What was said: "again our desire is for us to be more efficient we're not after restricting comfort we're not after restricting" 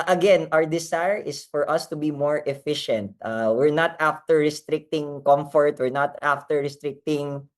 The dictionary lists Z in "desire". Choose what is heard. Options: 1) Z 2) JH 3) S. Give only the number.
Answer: 3